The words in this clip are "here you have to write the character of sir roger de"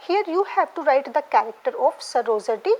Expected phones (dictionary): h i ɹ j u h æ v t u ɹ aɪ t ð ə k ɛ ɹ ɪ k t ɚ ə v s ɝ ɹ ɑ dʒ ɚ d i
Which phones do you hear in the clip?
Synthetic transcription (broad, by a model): h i ɹ j u h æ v t u ɹ aɪ t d ə k ɛ ɹ ɪ k t ɚ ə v s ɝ ɹ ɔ z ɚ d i